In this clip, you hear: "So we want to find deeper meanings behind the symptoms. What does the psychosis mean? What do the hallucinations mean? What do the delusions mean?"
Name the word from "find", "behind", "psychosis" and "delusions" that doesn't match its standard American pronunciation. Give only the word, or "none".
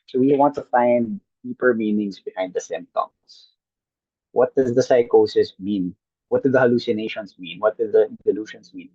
delusions